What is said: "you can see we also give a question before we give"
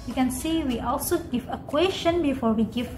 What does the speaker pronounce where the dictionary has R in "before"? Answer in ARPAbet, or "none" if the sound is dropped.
R